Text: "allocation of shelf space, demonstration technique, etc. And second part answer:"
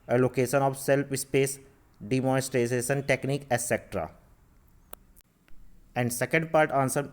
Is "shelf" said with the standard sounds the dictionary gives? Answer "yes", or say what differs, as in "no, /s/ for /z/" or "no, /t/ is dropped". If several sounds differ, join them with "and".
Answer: no, /s/ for /ʃ/